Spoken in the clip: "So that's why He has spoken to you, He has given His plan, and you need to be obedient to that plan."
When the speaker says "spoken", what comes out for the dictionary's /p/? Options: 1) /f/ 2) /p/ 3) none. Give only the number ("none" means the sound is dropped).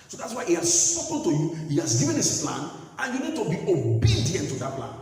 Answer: 3